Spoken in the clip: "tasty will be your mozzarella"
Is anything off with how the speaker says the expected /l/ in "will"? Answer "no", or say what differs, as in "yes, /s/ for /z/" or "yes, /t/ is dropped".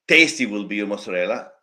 no